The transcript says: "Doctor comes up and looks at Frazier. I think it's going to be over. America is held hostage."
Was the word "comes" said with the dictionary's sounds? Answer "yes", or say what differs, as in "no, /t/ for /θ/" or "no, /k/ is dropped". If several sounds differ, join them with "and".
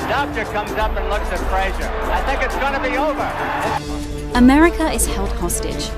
yes